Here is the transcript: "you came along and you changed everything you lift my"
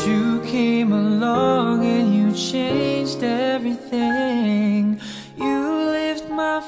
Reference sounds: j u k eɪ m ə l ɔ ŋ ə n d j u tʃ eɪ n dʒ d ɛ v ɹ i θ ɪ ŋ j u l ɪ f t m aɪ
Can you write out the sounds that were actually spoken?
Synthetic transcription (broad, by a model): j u k eɪ m ə l ɔ ŋ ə n j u tʃ eɪ n dʒ d ɛ v ɹ i θ ɪ ŋ j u l ɪ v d m aɪ